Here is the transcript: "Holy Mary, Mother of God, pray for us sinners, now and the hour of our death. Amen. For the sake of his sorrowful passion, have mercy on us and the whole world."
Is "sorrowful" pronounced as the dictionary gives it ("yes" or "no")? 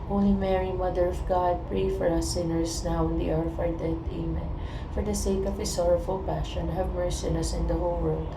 yes